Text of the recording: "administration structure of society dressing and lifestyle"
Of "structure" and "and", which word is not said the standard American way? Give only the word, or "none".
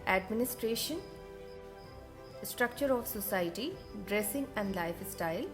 none